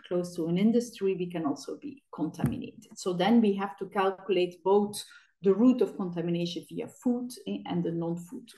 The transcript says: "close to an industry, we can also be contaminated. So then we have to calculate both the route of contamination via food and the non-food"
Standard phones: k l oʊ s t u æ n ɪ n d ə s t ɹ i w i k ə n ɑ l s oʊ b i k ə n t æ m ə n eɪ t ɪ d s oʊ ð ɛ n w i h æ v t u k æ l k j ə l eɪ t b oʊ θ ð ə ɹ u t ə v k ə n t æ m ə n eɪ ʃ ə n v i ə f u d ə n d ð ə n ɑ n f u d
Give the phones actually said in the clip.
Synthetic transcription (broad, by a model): k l oʊ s t u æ n ɪ n d ə s t ɹ i w i k ə n ɑ l s oʊ b i k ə n t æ m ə n eɪ t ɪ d s oʊ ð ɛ n w i h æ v t u k æ l k j ə l eɪ t b oʊ θ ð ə ɹ u t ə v k ə n t æ m ə n eɪ ʃ ə n v i ə f u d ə n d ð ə n ɑ n f u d